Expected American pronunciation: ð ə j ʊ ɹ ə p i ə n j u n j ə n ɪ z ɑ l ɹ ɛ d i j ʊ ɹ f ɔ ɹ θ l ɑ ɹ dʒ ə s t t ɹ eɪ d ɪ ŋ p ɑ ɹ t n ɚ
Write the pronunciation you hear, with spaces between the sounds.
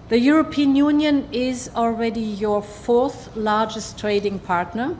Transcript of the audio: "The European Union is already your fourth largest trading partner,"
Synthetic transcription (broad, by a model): ð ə j ʊ ɹ ə p i ə n j u n j ə n ɪ z ɑ l ɹ ɛ d i j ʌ ɹ f ɔ ɹ θ l ɑ ɹ dʒ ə s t t ɹ eɪ d ɪ ŋ p ɑ ɹ t n ɚ